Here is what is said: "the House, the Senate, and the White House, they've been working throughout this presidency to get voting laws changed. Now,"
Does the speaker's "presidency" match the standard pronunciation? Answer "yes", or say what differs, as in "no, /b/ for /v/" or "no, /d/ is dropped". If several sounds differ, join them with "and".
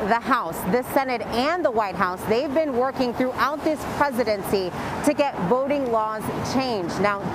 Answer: yes